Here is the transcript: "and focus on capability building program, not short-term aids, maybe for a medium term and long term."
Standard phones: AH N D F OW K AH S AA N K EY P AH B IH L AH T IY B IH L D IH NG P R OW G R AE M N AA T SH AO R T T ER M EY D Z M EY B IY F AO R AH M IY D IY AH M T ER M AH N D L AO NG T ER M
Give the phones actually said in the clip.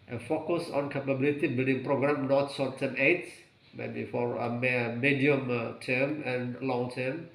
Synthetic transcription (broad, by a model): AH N F OW K AH S AA N K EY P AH B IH L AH T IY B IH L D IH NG P R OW G R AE M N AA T S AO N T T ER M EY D M EY B IY F AO R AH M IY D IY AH M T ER M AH N L AO NG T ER M